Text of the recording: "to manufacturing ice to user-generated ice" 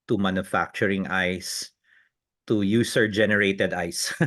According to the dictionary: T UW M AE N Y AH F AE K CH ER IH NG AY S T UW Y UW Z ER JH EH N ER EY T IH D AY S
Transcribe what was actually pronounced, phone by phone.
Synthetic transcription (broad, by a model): T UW M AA N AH F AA K CH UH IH NG AY S T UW Y UW S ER JH EH N ER EY T IH D AY S